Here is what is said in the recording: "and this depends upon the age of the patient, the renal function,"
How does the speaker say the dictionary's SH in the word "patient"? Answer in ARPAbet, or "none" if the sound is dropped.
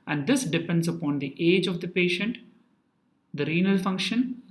SH